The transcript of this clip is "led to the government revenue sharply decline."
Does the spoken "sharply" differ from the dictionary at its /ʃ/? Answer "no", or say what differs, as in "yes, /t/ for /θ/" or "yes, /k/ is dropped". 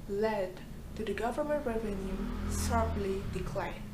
yes, /s/ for /ʃ/